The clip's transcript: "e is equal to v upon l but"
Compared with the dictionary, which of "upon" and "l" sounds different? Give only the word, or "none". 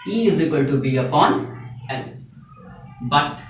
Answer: l